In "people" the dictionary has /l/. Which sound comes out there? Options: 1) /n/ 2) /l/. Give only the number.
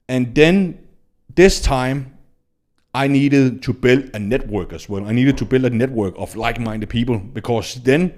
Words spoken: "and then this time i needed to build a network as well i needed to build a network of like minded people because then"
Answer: 2